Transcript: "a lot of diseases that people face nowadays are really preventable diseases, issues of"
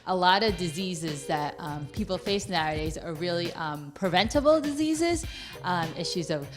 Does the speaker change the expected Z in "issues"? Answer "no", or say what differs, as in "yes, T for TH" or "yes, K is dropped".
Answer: no